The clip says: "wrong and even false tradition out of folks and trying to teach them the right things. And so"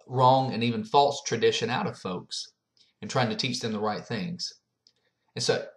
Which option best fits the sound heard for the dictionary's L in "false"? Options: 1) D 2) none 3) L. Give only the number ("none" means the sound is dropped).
3